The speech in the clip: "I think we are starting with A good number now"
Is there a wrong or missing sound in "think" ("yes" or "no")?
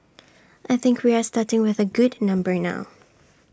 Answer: no